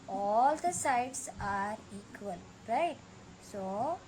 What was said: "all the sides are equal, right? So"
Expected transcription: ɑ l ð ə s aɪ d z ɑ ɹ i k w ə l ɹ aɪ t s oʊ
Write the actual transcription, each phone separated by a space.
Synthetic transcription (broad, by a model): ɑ l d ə s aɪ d s ɑ ɹ i k w ə l ɹ aɪ t s oʊ